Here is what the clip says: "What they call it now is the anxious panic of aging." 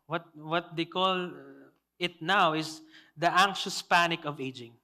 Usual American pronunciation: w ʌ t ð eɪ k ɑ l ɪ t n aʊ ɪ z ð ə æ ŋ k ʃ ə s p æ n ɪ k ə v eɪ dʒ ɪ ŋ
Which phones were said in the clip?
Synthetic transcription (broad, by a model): w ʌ t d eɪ k ɑ l ɪ t n aʊ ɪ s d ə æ ŋ k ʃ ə s p æ n ɪ k ə v eɪ dʒ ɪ ŋ